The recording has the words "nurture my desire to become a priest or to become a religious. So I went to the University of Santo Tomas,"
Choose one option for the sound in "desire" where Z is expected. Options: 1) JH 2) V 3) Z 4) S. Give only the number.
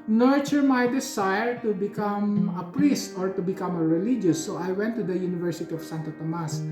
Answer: 4